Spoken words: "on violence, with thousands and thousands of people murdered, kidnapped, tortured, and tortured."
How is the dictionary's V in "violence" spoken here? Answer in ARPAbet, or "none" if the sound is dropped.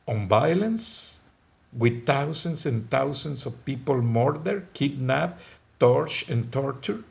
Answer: B